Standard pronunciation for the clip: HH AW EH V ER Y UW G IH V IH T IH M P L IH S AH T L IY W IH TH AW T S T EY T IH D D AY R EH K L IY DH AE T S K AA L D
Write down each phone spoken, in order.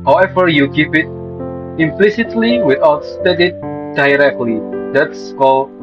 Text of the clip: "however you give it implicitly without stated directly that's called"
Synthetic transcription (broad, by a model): HH AW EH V ER Y UW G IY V IH T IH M P L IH S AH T L IY W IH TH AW T S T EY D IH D D AY R EH K L IY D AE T S K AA L